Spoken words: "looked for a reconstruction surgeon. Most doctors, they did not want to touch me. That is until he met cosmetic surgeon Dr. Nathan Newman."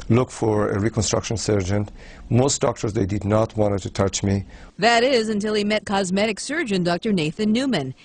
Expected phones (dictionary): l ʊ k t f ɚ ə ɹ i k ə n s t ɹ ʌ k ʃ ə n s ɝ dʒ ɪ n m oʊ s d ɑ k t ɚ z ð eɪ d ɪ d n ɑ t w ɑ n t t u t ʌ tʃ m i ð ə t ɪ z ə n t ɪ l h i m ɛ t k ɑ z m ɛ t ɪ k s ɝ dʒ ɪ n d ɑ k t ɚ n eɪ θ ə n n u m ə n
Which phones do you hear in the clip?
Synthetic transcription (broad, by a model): l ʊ k f ɚ ə ɹ i k ə n s t ɹ ʌ k ʃ ə n s ɝ dʒ ɪ n m oʊ s d ɑ k t ɚ z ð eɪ d ɪ d n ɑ t w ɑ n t t u t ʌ tʃ m i ð ə t ɪ z ə n t ɪ l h i m ɛ t k ɑ z m ɛ t ɪ k s ɝ dʒ ɪ n d ɑ k t ɚ n eɪ θ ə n n u m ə n